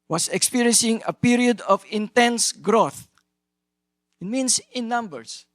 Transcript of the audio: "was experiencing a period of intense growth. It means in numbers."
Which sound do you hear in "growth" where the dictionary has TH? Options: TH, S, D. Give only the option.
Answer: TH